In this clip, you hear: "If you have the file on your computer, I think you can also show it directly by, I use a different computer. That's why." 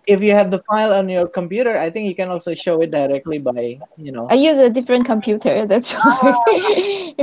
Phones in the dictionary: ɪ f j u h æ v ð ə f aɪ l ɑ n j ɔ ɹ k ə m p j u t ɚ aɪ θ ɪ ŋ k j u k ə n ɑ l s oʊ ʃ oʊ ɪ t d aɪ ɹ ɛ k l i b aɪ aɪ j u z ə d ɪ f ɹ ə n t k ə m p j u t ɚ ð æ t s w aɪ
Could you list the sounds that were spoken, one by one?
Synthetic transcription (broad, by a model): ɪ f j u h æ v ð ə f aɪ l ɑ n j ɔ ɹ k ə m p j u t ɚ aɪ θ ɪ ŋ k j u k ə n ɑ l s oʊ ʃ oʊ ɪ t d aɪ ɹ ɛ k l i b aɪ aɪ j u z ə d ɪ f ɹ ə n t k ə m p j u t ɚ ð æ t s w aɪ